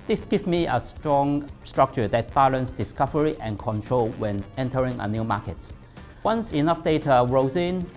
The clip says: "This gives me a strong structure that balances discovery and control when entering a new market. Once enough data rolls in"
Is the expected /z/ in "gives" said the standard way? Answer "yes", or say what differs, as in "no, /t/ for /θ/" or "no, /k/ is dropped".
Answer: no, /z/ is dropped